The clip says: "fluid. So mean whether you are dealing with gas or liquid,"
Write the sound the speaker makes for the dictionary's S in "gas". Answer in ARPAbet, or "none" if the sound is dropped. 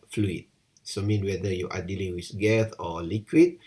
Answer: TH